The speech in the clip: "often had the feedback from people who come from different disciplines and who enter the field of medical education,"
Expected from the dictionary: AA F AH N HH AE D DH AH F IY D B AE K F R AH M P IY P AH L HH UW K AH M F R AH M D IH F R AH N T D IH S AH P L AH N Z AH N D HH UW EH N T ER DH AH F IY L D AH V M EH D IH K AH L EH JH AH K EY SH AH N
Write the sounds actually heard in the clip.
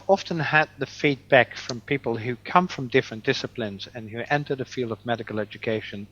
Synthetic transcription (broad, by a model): AA F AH N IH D DH AH F IY D B AE K F R AH M P IY P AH L HH UW K AH M F R AH M D IH F R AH N D IH S AH P L AH N Z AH N HH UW EH N T ER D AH F IY L D AH V M EH D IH K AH L EH JH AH K EY SH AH N